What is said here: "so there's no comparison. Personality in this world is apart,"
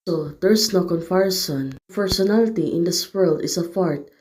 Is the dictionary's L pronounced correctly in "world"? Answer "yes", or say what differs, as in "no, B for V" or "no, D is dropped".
yes